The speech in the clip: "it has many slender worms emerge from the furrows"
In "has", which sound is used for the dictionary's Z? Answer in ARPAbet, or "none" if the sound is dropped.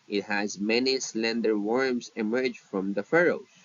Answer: Z